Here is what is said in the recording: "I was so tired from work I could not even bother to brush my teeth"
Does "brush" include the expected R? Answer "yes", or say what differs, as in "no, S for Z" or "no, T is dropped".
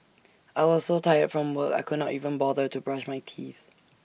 yes